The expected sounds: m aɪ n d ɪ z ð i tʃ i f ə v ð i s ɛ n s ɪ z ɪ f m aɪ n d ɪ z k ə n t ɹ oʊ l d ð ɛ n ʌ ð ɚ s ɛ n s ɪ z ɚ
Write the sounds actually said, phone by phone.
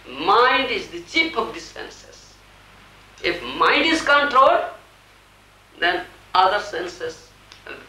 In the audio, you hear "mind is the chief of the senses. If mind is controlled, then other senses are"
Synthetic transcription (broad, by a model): m aɪ n d ɪ z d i tʃ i p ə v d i s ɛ n s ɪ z ɪ f m aɪ n d ɪ z k ə n t ɹ oʊ l d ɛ n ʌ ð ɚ s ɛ n s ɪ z